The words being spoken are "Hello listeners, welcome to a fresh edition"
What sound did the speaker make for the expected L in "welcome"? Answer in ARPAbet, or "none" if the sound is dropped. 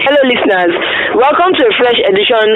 L